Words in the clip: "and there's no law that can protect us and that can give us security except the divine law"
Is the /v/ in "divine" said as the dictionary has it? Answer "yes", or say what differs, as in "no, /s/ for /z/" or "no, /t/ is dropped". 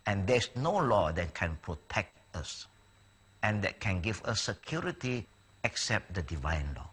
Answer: yes